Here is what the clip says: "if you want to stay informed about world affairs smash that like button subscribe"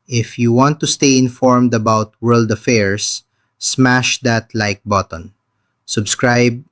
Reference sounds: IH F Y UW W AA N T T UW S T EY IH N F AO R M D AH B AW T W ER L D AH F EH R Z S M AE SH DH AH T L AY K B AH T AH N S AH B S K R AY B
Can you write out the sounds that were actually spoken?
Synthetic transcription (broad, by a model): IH F Y UW W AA N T T UW S T EY IH N F AO R M D AH B AW T W ER L D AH F EH R S M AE SH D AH T L AY K B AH T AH N S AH B S K R AY B